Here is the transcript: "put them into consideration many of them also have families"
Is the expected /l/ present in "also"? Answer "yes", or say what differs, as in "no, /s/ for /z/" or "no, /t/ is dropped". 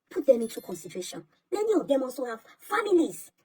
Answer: no, /l/ is dropped